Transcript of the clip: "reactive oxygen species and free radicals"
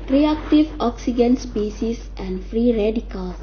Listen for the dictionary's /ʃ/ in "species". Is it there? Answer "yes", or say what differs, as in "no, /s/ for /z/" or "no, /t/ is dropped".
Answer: no, /s/ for /ʃ/